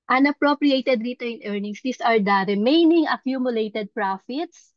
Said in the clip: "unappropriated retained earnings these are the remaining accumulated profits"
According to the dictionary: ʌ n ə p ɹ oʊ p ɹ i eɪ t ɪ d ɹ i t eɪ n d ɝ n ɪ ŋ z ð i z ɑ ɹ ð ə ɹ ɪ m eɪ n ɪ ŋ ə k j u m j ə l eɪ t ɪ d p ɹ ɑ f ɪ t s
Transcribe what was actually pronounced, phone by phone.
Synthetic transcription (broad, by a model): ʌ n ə p ɹ oʊ p ɹ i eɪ t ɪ d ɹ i t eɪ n ɝ n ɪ ŋ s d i s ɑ ɹ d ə ɹ ɪ m eɪ n ɪ ŋ ə k j u m j ə l eɪ t ɪ d p ɹ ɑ f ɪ t s